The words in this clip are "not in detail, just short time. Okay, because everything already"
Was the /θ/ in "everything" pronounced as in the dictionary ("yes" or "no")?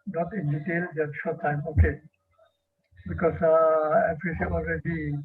no